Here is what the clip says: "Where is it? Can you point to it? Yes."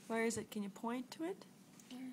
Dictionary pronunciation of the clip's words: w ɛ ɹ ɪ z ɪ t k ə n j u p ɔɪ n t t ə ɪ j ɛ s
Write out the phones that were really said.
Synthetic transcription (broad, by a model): w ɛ ɹ ɪ z ɪ t k ə n j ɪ p ɔɪ n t t ə ɪ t